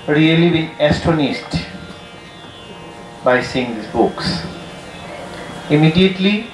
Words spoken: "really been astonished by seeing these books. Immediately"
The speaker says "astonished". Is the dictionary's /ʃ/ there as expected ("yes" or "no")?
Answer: no